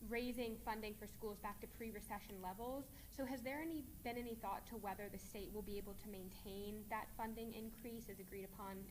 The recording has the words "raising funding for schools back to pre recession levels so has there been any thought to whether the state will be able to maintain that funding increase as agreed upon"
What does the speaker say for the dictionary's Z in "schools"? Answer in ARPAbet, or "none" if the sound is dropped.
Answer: Z